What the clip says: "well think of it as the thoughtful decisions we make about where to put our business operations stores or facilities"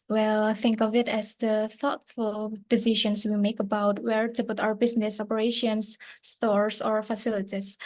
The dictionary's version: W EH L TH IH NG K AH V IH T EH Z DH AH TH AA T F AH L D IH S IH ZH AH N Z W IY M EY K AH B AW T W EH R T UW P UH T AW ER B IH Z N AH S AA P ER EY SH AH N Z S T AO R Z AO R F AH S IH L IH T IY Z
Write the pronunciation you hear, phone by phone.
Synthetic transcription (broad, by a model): W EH L TH IH NG K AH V IH T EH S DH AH TH AA T F AH L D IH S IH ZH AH N S W IY M EY K AH B AW T W EH R T UW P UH T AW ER B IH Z N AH S AA P ER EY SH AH N S T AO R S AO R F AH S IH L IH T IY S